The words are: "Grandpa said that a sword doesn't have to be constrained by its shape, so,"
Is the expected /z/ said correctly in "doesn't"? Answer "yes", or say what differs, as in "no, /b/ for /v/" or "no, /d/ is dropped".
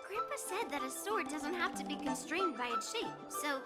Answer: yes